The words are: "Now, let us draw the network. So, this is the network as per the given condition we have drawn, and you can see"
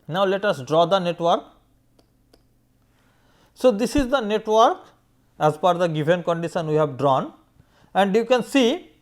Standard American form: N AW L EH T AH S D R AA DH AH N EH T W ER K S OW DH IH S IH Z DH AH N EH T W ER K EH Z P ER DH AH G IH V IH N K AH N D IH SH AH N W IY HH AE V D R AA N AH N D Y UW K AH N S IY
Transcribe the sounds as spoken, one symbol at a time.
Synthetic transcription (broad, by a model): N AW L EH T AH S D R AA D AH N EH T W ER K S OW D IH S IH Z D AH N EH T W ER K EH Z F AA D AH G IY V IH N K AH N D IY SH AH N W IY HH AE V D R AA N AH N D Y UW K AH N S IY